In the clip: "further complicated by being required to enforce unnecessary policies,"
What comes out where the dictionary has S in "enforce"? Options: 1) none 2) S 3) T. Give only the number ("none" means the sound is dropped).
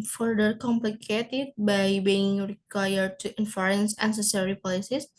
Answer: 1